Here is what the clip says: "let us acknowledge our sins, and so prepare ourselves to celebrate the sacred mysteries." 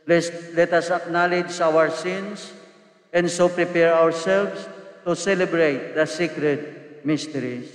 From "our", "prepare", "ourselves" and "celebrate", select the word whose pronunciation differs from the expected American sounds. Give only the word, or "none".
ourselves